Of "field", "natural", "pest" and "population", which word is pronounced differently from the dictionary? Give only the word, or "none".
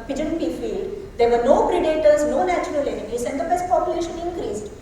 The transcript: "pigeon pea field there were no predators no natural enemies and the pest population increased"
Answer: pest